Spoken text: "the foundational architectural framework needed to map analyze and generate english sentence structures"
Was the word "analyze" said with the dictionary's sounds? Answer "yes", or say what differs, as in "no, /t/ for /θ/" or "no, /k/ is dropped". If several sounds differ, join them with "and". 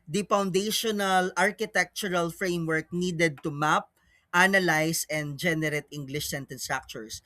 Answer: no, /s/ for /z/